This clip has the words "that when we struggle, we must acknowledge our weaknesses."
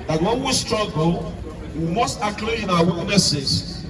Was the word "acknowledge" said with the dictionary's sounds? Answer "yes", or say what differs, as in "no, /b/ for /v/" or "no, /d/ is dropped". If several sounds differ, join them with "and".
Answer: no, /l/ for /n/ and /l/ is dropped